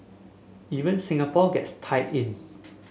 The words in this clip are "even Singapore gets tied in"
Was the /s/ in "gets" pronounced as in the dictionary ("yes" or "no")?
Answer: yes